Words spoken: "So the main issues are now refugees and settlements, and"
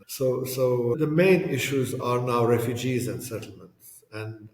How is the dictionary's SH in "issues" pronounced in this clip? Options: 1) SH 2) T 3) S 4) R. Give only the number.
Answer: 1